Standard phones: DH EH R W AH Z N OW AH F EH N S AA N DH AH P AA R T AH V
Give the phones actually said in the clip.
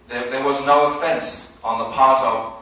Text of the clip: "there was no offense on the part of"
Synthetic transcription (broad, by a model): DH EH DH W AH Z N OW AH F EH N S N DH AH P AA R T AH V